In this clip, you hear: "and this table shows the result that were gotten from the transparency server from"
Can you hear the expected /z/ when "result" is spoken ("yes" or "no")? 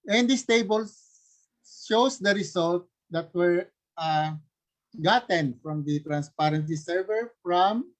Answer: no